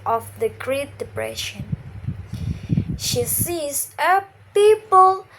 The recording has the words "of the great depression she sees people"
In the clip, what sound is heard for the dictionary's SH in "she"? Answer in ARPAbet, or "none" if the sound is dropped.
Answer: SH